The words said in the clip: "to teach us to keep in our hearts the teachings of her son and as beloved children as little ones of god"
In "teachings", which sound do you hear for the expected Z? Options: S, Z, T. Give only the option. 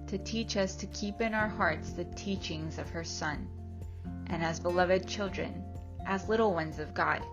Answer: Z